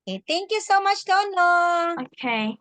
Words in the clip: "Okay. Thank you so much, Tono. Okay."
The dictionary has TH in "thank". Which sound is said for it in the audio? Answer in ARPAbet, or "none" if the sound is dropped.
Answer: T